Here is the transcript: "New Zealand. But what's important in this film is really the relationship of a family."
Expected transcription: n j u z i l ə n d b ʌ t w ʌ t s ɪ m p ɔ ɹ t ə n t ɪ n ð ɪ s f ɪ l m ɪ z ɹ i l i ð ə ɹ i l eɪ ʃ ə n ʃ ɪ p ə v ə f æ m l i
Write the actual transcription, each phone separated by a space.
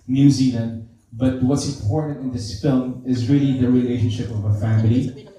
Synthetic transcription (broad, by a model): n j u z i l ə n d b ʌ t w ʌ t s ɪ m p ɔ ɹ t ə n t ɪ n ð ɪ s f ɪ l m ɪ z ɹ i l i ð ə ɹ i l eɪ ʃ ə n ʃ ɪ p ə v ə f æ m l i